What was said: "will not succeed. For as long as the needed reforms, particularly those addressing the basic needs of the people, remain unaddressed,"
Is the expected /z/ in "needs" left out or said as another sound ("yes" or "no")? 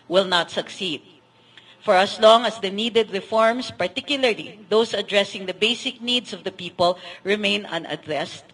yes